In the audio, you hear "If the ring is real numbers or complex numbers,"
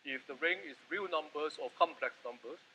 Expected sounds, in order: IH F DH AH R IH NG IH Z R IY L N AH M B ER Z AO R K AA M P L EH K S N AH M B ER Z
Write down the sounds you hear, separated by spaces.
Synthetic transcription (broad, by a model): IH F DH AH R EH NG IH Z R IY L N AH M B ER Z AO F K AA M P L EH K S N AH M B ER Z